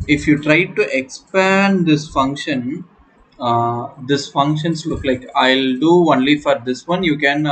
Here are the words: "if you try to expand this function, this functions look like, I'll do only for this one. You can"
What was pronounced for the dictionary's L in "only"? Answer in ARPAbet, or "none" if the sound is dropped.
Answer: L